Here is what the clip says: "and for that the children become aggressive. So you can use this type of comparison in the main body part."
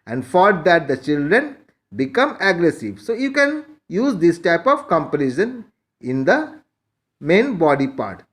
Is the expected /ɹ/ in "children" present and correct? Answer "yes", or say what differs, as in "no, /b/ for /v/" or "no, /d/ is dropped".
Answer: yes